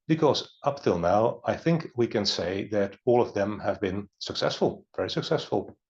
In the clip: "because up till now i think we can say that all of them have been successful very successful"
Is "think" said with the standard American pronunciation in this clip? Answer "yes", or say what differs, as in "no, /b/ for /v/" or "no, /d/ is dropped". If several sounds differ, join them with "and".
yes